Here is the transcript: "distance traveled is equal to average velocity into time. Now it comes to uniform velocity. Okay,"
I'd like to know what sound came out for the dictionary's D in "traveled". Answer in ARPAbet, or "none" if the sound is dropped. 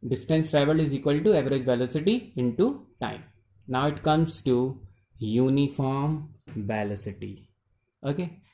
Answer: none